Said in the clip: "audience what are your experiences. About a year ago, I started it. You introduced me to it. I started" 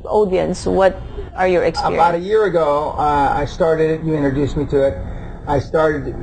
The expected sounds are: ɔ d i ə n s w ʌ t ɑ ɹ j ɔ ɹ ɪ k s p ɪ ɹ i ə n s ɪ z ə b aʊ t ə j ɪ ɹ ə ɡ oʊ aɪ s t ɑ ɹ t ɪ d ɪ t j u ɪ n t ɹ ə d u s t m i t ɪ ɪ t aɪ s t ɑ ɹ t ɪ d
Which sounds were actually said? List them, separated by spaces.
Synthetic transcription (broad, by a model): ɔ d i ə n s w ʌ t ɑ ɹ j ɔ ɹ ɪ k s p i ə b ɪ ə t ə j ɪ ɹ ə ɡ oʊ aɪ s t ɑ ɹ t ɪ d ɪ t j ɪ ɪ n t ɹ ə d u s m i t ɪ ɪ t aɪ s t ɑ ɹ t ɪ d